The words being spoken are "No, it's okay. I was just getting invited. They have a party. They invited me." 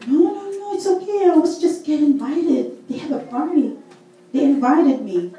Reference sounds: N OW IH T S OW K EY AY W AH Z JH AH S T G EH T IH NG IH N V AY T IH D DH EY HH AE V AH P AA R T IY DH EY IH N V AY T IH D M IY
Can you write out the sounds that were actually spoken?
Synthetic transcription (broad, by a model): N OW IH T S OW K EY AY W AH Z JH AH S T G EH T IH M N V AY T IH D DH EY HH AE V AH F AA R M IY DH EY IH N V AY T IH D M IY